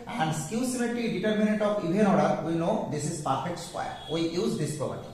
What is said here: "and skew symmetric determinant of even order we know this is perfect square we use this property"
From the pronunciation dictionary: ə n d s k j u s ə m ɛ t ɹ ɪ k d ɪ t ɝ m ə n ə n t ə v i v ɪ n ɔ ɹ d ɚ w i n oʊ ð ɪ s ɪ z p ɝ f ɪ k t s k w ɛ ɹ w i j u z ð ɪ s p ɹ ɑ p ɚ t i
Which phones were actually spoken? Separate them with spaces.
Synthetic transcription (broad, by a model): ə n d s k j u s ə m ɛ t ɪ d ɪ t ɝ m ə n ə n t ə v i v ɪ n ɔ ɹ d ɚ w i n oʊ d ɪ s ɪ z p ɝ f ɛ k t s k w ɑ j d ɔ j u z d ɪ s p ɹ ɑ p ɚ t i